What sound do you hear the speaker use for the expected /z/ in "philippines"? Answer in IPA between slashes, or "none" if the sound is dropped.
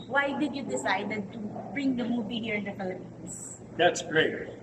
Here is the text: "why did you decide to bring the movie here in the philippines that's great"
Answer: /s/